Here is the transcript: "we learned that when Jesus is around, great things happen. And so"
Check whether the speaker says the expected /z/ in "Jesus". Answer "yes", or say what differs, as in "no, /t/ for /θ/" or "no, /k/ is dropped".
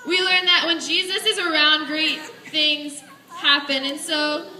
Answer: yes